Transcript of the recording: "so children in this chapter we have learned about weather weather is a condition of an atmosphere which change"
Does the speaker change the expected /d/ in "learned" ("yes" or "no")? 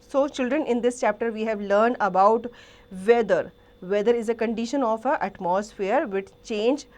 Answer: no